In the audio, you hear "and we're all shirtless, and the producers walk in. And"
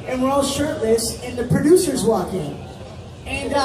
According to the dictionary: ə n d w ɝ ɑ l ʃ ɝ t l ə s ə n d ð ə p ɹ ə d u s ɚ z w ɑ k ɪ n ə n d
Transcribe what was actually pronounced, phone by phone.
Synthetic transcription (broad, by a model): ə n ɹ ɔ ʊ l ʃ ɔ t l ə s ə n ð ə p ɹ ə d u s ɚ z w ɑ k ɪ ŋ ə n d